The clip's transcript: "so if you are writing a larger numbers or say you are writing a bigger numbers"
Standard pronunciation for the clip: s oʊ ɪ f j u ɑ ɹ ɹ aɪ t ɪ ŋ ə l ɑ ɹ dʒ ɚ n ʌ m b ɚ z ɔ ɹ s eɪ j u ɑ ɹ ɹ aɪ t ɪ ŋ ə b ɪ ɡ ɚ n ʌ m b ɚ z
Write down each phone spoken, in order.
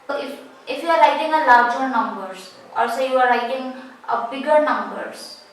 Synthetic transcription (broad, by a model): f ɪ f j u ɑ ɹ ɹ aɪ t ɪ ŋ ə l ɑ ɹ dʒ ɚ n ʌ m b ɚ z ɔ l s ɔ j u ɑ ɹ ɹ aɪ t ɪ ŋ ə b ɪ ɡ ɚ n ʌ m b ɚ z